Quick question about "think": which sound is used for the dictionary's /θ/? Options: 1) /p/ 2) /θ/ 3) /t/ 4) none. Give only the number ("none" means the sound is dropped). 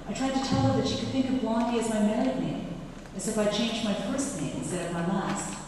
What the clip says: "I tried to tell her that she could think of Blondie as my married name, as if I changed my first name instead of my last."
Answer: 2